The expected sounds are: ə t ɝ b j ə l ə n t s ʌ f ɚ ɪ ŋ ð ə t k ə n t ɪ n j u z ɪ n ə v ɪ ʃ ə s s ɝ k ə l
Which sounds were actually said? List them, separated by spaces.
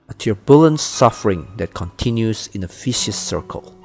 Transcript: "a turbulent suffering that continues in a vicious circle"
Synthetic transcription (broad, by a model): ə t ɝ b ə l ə n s s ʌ f ɚ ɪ ŋ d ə t k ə n t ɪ n j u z ɪ n ə f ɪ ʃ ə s s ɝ k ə l